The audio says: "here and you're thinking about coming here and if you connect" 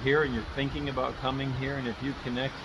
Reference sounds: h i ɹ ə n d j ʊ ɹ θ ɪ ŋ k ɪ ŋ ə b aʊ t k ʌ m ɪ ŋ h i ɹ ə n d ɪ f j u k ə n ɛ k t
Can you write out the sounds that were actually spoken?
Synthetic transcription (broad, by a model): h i ɹ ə n j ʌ ɹ θ ɪ ŋ k ɪ ŋ ə b aʊ t k ʌ m ɪ ŋ h i ɹ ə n ɪ f j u k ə n ɛ k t